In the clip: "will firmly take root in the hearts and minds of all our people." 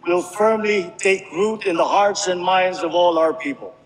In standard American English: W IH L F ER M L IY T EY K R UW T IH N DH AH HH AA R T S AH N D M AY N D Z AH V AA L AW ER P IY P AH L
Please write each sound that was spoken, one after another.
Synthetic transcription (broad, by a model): W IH L F ER M L IY T EY K R UW T IH N DH AH HH AA R T S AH N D M AY N D Z AH V AA L AW ER P IY P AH L